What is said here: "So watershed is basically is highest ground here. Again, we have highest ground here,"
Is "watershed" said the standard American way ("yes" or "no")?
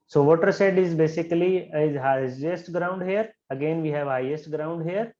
no